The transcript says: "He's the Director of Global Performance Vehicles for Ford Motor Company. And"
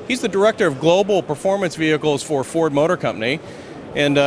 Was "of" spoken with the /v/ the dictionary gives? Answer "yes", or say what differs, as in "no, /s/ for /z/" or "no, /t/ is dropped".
yes